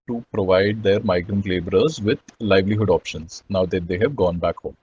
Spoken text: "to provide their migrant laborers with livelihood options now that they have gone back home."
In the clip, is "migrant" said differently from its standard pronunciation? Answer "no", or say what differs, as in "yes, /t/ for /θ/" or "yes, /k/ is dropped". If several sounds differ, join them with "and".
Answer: no